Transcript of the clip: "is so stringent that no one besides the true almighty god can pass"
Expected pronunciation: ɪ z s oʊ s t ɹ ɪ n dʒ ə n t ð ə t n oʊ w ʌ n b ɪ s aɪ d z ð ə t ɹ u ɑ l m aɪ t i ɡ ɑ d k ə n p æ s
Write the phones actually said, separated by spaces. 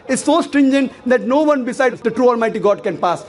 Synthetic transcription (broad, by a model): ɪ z s oʊ s t ɹ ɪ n dʒ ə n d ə t n oʊ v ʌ n b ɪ s aɪ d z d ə t ɹ u ɑ l m aɪ t i ɡ ɑ d k ə n p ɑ s